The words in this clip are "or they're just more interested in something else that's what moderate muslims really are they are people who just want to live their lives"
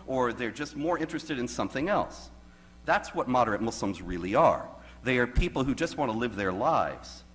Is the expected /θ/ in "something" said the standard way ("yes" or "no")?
yes